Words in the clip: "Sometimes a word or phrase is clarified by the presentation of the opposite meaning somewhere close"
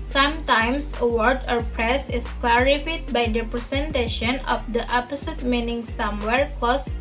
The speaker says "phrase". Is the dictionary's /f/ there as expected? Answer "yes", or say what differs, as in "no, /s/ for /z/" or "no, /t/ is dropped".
no, /p/ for /f/